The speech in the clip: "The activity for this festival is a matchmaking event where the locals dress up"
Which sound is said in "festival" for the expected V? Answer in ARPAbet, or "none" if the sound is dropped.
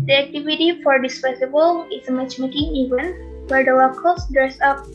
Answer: B